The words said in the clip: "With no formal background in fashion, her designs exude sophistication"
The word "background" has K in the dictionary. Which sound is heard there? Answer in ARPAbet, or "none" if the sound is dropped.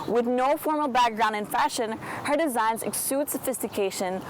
K